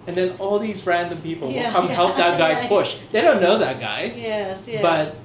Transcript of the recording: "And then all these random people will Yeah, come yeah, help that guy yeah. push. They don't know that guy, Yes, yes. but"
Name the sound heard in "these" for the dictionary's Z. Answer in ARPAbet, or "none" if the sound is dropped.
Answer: Z